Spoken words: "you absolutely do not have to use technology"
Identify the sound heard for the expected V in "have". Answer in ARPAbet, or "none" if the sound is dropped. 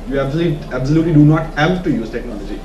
P